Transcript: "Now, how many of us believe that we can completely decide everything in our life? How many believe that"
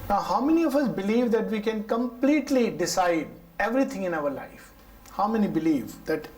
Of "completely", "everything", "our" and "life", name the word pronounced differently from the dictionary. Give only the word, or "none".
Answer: everything